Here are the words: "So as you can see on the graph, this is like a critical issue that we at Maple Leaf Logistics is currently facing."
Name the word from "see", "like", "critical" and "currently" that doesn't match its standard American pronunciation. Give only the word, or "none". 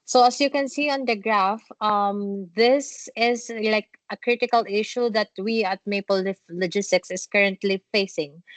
none